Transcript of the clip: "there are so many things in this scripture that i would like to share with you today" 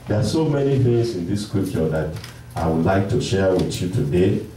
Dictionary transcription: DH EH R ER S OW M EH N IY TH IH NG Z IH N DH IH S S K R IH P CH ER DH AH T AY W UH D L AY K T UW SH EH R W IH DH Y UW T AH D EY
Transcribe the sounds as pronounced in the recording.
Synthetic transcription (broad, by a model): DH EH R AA S OW M EH N IY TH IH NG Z IH N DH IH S S K UW CH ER DH AH T AY W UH D L AY K T UW SH EH R W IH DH Y UW T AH D EY